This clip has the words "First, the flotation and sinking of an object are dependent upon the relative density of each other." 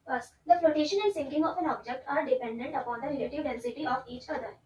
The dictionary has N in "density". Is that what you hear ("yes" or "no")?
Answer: yes